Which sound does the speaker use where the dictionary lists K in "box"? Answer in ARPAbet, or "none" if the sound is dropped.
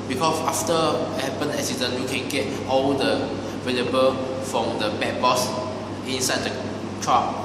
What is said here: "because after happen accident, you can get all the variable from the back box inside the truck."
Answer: none